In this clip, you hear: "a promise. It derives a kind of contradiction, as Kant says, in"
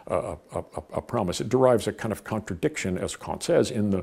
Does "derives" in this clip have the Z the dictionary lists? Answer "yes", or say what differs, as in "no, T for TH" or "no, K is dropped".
yes